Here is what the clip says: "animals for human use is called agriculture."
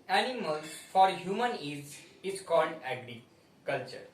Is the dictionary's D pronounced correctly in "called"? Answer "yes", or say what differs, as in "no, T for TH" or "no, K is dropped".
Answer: yes